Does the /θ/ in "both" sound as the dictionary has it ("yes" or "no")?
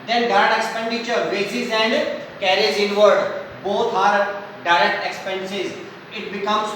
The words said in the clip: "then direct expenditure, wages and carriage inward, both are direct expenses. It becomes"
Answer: no